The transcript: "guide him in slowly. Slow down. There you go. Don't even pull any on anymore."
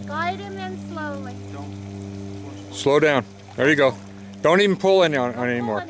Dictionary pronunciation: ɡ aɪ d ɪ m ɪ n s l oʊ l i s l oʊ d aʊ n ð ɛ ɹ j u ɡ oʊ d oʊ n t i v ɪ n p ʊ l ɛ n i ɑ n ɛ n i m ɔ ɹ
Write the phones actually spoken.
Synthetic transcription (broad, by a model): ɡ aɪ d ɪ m ɪ n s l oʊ i s l oʊ d aʊ n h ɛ ɹ j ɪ ɡ oʊ d oʊ n t i v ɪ n p ʊ l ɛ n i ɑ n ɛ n i m ɔ ɹ